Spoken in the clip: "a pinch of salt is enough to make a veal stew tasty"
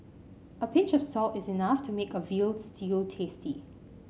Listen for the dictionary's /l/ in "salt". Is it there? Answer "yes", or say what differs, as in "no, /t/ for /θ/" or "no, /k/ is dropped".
yes